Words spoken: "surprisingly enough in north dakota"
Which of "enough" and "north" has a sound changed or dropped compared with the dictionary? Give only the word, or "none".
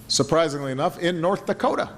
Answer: none